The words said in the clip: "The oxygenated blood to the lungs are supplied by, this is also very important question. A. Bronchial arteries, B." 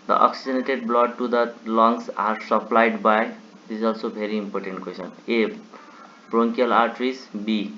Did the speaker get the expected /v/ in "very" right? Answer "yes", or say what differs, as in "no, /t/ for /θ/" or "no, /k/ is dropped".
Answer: no, /b/ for /v/